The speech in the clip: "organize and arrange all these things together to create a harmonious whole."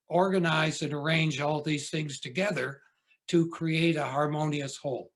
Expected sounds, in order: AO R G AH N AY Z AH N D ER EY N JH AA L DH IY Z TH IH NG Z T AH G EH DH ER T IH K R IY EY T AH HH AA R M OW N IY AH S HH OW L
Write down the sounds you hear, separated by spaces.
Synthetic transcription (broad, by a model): AO R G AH N AY Z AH N ER EY N JH AA L DH IY Z TH IH NG Z T AH G EH DH ER T IH K R IY EY T AH HH AA R M OW N IY AH S HH OW L